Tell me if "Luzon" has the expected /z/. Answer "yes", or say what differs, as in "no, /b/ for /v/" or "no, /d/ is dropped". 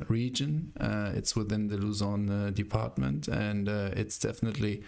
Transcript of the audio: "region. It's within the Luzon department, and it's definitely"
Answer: yes